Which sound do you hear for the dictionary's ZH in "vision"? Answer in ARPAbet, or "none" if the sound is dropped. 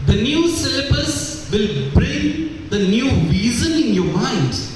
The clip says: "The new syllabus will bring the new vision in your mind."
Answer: Z